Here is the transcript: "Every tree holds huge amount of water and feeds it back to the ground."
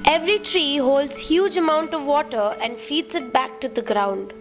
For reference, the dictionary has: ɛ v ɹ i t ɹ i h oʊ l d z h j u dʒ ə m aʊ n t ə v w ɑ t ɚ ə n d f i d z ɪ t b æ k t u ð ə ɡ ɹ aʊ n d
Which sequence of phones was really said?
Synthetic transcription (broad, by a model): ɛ v ɹ i t ɹ i h oʊ l d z h j u dʒ ə m aʊ n t ə v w ɑ t ɚ ə n d f i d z ɪ t b æ k t u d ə ɡ ɹ aʊ n d